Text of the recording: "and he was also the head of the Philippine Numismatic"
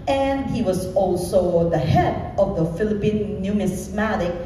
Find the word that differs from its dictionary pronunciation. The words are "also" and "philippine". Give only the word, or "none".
none